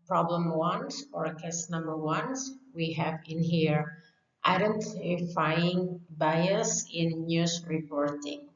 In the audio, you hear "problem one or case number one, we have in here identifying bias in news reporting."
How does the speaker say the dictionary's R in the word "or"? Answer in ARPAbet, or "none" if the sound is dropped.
R